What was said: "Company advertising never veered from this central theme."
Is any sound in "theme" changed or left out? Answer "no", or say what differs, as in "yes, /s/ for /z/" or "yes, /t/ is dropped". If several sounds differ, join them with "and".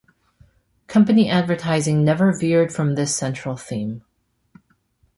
no